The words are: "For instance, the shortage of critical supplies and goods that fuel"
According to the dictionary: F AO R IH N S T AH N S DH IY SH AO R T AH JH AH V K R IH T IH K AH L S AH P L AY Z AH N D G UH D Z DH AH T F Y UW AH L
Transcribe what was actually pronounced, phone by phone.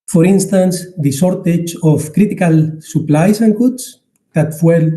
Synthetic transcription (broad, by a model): F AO R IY N S T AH N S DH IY S AO R T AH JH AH F K R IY T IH K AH L S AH P L AY S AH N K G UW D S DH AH T F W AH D